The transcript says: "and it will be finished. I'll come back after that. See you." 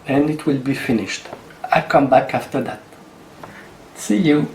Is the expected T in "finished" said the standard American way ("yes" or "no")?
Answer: yes